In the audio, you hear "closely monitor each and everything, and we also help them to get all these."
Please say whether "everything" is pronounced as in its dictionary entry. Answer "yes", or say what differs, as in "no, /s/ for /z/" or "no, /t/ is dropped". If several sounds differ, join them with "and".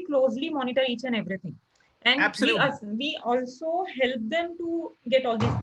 no, /t/ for /θ/